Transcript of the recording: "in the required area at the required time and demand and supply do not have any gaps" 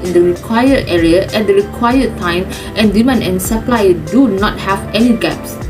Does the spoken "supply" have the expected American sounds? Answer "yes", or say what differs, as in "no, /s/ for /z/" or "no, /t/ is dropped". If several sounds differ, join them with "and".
yes